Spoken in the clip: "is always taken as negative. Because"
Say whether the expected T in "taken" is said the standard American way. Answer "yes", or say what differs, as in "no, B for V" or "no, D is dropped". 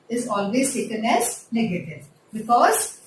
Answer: no, S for T